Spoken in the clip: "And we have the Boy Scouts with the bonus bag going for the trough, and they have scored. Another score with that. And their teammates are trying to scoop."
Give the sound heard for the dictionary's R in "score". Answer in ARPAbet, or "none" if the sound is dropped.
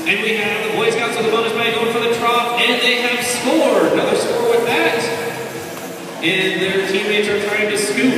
R